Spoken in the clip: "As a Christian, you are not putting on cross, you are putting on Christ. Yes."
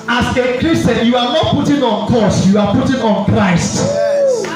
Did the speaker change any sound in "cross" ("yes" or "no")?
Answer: yes